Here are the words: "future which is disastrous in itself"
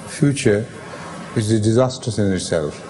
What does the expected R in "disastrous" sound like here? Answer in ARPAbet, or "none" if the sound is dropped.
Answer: none